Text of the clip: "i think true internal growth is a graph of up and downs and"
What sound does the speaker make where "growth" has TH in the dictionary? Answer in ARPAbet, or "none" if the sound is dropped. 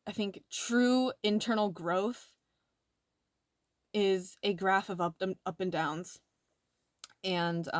TH